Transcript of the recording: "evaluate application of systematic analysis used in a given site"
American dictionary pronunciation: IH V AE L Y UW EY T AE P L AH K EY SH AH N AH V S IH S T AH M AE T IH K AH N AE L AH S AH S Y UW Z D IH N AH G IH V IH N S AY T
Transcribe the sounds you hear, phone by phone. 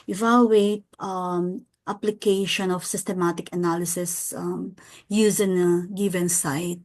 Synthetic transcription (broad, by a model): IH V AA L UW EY T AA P L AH K EY SH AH N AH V S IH S T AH M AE T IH K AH N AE L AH S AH S Y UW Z IH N AH G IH V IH N S AY T